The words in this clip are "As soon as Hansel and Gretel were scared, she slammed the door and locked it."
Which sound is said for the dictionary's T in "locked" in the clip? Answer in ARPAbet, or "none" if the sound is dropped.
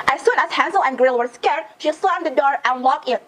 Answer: none